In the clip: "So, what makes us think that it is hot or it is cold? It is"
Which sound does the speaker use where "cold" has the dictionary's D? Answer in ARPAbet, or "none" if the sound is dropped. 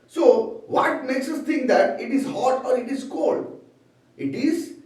D